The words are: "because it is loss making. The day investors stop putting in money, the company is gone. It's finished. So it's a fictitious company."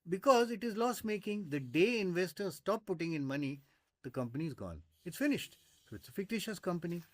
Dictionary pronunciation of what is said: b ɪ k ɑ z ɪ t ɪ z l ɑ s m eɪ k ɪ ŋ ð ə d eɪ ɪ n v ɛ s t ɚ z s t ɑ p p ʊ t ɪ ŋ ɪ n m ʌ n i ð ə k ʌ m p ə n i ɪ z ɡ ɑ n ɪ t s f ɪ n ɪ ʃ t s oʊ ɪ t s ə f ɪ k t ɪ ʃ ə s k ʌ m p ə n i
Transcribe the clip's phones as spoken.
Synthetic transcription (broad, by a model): b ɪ k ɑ z ɪ t ɪ z l ɑ s m eɪ k ɪ ŋ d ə d eɪ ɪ n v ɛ s t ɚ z s t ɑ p p ʊ t ɪ ŋ ɪ n m ʌ n i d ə k ʌ m p ə n i ɪ z ɡ ɑ n ɪ t s f ɪ n ɪ ʃ t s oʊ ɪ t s ə f ɪ k t ɪ ʃ ə s k ʌ m p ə n i